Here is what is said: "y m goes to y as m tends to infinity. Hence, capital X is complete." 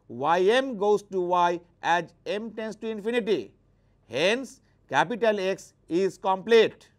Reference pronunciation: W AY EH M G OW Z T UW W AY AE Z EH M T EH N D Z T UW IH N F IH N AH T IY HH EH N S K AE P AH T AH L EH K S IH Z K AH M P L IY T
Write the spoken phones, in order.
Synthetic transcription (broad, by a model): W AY EH M G OW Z T UW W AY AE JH EH M T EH N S T UW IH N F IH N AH T IY HH EH N S K AE P AH T AH L EH K S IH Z K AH M P L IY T